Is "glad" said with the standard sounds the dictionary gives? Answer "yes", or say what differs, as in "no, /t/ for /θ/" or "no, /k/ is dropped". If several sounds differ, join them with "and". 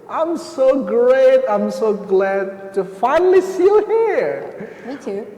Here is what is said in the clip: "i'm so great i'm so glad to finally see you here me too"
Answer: yes